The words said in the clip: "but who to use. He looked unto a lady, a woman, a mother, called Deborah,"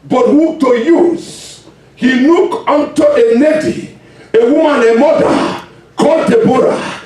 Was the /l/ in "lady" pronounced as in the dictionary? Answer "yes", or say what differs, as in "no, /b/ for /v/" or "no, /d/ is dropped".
no, /n/ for /l/